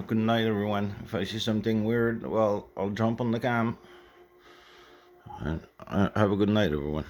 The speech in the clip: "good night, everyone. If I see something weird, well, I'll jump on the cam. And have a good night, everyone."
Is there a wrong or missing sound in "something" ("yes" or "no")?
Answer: no